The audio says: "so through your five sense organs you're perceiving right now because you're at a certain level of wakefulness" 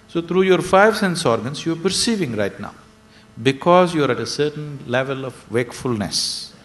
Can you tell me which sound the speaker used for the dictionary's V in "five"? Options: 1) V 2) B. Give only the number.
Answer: 1